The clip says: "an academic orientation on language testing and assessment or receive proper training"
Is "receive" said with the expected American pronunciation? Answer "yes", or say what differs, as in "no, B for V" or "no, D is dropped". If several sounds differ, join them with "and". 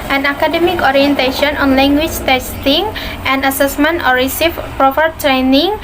no, F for V